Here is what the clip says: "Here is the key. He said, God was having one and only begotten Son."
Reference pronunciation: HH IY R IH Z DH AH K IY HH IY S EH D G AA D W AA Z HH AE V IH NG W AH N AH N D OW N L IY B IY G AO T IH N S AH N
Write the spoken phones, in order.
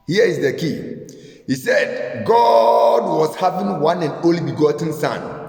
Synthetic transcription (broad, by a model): HH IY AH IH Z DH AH K IY HH IY S EH D G AA D W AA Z HH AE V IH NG W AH N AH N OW L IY B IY G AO T N S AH N